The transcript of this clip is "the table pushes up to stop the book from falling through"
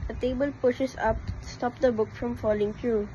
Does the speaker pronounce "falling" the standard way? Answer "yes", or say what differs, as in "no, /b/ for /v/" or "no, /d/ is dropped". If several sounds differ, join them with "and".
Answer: yes